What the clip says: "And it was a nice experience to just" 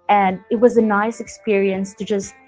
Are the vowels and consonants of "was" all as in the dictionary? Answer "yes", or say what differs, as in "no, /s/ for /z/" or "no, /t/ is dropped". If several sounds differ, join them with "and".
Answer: yes